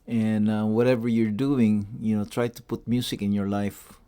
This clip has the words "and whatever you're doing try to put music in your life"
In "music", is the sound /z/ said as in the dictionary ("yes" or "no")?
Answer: no